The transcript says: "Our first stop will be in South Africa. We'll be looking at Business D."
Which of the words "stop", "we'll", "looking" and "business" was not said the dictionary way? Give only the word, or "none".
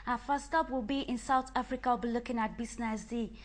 business